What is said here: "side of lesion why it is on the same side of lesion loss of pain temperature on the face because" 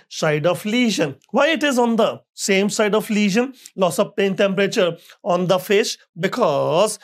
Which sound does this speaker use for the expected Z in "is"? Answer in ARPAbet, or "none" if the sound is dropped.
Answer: Z